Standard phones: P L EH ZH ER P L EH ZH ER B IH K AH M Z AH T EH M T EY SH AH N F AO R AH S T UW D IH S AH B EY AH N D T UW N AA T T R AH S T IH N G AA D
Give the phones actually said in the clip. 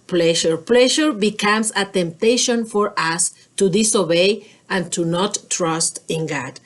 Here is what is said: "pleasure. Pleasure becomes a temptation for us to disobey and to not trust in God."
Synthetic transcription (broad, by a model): P L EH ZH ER P L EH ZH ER B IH K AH M S AH T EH M T EY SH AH N F AO R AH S T UW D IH S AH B EY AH N T UW N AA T T R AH S T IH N G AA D